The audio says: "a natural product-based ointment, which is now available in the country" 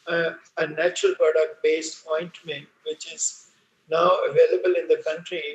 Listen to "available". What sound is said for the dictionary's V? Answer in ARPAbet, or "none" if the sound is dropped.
V